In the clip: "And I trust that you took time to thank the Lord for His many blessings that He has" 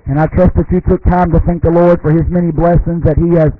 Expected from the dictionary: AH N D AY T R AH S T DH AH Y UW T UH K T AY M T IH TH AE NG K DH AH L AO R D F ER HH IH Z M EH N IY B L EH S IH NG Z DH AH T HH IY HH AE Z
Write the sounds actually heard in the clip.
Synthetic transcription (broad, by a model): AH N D AY T R AH S T DH AH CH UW T UH K T AY M T IH TH AE NG K DH AH L AO R D F ER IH Z M EH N IY B L EH S IH NG Z DH AH T HH IY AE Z